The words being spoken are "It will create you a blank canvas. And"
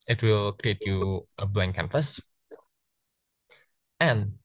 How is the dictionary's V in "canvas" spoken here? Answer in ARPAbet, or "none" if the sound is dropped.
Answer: F